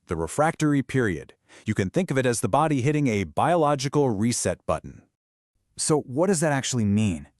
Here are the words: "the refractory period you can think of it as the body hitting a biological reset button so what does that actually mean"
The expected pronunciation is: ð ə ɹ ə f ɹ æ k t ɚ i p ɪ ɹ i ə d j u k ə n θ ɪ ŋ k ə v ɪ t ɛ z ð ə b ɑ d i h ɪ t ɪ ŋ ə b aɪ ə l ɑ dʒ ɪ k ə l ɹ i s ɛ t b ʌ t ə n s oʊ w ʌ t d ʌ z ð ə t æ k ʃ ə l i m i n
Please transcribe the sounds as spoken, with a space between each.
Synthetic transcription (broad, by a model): ð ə ɹ ə f ɹ æ k t ɚ i p ɪ ɹ i ə d j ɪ k ə n θ ɪ ŋ k ə v ɪ t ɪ z ð ə b ɑ d i h ɪ t ɪ ŋ ə b aɪ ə l ɑ dʒ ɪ k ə l ɹ i s ɛ t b ʌ t n s oʊ w ʌ t d ʌ z ð ə t æ k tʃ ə l i m i n